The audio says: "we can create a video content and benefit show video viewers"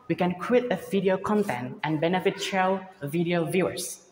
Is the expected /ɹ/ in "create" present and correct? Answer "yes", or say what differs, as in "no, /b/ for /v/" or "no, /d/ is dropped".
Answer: no, /w/ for /ɹ/